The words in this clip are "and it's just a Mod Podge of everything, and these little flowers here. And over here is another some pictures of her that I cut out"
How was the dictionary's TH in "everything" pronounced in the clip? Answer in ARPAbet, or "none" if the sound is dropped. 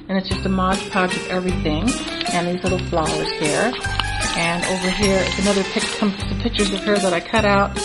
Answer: TH